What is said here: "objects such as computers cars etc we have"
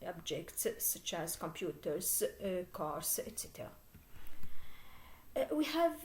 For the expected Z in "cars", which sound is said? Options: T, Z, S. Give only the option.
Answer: S